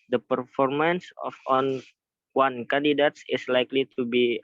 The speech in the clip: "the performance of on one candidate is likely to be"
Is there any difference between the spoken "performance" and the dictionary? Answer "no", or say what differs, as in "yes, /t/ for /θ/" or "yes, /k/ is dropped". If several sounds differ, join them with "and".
no